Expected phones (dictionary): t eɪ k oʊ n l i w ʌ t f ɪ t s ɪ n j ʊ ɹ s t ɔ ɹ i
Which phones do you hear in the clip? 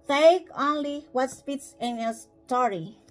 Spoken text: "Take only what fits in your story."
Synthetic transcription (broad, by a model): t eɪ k oʊ n l i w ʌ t p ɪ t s ɪ n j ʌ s t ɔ ɹ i